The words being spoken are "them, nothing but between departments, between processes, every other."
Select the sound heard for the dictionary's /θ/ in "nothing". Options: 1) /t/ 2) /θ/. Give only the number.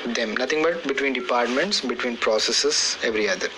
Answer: 1